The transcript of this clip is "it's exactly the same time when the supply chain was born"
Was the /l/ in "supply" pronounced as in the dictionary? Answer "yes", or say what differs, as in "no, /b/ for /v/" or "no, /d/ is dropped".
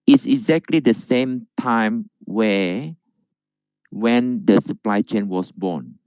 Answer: yes